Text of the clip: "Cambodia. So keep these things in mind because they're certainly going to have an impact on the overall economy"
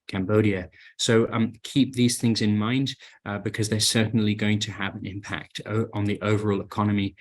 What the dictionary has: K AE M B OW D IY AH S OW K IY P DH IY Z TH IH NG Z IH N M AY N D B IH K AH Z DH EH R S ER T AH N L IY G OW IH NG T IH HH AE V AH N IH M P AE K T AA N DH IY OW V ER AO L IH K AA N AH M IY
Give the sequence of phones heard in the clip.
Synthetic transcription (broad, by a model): K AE M B OW D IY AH S OW K IY P DH IY Z TH IH NG Z IH N M AY N D B IH K AH Z DH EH R S ER T N L IY G OW IH NG T IH V AH N IH M P AE K T N DH IY OW V ER AO L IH K AA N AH M IY